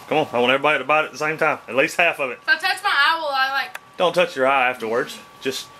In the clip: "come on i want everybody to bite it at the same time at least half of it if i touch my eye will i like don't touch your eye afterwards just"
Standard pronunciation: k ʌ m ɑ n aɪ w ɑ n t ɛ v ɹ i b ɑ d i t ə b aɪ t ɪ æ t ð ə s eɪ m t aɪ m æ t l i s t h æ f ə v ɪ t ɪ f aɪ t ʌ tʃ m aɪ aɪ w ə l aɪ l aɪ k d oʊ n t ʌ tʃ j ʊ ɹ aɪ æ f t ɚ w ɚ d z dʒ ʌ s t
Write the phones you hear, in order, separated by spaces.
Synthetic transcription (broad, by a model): k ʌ m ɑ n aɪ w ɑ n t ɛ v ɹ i b ɑ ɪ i t ə b aɪ t ɪ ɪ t ð ə s eɪ m t aɪ m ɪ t l i s t h æ f ə v ɪ t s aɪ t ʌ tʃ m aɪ aɪ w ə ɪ l aɪ k d oʊ n t ʌ tʃ j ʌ ɹ aɪ æ f t ɚ w ɚ d z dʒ ʌ s t